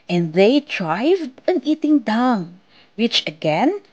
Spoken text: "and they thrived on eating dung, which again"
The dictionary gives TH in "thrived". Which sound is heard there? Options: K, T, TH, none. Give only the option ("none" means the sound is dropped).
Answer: T